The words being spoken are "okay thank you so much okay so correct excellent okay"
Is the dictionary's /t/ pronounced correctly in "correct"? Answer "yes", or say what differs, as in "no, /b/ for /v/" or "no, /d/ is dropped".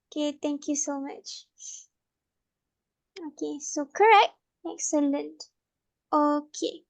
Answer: yes